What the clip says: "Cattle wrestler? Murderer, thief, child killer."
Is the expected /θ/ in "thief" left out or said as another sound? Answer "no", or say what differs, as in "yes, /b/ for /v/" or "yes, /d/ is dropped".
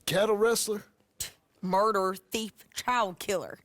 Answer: no